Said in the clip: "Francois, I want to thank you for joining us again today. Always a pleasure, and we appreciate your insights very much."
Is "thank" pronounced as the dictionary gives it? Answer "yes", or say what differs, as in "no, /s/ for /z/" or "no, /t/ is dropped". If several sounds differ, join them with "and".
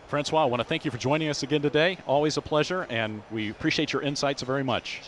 yes